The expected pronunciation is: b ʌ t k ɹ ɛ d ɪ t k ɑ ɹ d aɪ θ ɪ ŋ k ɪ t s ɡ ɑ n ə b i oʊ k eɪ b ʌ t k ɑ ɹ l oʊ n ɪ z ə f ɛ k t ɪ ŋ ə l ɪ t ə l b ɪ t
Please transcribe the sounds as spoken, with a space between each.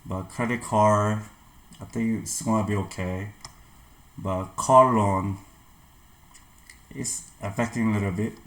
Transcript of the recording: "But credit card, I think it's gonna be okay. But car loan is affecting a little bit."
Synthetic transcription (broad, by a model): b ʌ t k ɹ ɛ d ɪ t k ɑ ɹ aɪ θ ɪ ŋ k ɪ t s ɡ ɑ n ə b i oʊ k eɪ b ʌ t k ɑ ɹ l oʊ n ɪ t ə f ɛ k t ɪ ŋ ə l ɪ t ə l b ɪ t